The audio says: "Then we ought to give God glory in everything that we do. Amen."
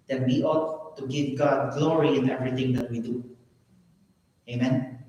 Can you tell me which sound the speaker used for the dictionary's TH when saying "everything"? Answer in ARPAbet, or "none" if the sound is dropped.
T